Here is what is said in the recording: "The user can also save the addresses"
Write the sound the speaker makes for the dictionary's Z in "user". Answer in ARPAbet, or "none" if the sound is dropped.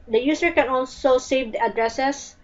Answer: S